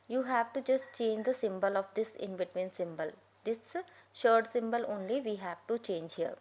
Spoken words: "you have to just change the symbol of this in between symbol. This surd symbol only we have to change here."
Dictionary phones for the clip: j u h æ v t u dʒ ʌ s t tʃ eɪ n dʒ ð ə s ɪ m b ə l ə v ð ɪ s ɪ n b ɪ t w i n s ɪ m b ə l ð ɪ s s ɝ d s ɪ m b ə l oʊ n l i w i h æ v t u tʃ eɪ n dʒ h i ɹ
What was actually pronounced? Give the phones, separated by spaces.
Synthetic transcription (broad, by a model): j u h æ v t u dʒ ʌ s t tʃ eɪ n dʒ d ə s ɪ m b ə l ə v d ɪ s ɪ n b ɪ t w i n s ɪ m b ə l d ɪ s ʃ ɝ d s ɪ m b ə l oʊ n l i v i h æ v t u tʃ eɪ n dʒ h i ɹ